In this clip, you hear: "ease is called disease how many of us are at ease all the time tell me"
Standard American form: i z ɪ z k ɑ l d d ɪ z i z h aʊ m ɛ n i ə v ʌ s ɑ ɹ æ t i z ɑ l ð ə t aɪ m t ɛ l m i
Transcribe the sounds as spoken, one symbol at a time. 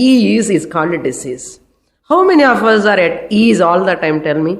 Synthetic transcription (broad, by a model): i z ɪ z k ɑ n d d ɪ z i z h aʊ m ɛ n i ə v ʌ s ɑ ɹ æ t i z ɑ l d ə t aɪ m t ɛ l m i